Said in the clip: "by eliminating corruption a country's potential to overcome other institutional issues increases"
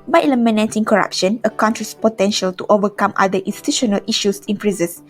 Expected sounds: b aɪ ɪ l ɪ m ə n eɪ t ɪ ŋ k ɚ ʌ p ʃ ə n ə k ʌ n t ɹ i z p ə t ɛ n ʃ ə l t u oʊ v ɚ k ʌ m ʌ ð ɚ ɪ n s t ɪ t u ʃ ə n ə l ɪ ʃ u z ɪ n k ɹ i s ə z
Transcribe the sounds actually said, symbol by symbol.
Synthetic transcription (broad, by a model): b aɪ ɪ l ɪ m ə n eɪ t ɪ ŋ k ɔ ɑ p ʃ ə n ə k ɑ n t ɹ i s p ə t ɛ n ʃ ə l t u oʊ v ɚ k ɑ m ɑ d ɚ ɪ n s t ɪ t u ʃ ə n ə l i ʃ u s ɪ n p ɹ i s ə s